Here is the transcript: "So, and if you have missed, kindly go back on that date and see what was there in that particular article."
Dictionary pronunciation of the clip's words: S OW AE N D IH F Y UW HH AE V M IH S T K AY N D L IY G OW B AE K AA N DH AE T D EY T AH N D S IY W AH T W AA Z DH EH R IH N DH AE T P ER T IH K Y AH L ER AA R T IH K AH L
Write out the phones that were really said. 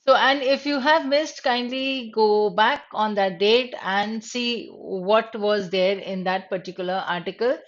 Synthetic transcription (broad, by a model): S OW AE N D IH F Y UW HH AE V M IH S T K AY N D L IY G OW B AE K AA N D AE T D EY T AH N D S IY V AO T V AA Z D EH R IH N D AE T P ER T IH K Y AH L ER AA R T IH K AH L